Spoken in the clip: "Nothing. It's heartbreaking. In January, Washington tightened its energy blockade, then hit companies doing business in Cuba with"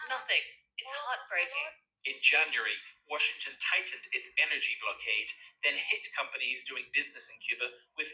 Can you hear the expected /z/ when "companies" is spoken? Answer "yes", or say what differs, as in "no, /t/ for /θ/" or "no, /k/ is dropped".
yes